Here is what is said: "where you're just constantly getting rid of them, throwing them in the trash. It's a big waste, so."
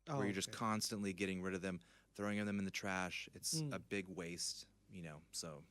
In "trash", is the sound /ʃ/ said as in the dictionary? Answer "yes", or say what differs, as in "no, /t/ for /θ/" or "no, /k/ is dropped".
yes